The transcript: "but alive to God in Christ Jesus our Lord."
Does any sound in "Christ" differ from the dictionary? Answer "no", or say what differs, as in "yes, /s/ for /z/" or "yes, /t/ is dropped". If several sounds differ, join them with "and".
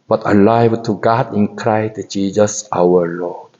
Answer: yes, /s/ is dropped